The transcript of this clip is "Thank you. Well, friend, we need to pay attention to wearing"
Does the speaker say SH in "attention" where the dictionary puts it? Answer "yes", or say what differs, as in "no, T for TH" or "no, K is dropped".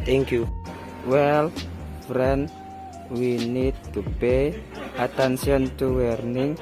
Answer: no, S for SH